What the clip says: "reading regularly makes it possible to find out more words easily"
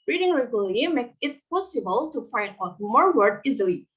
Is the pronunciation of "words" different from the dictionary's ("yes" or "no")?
yes